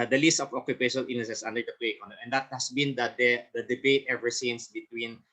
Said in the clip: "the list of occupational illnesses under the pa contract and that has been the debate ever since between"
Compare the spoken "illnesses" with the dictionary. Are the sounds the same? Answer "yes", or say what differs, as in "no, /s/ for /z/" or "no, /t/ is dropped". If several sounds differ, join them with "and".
no, /l/ is dropped and /s/ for /z/